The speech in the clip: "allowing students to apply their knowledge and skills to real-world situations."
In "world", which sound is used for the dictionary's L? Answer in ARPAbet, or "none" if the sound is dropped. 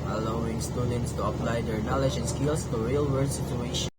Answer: none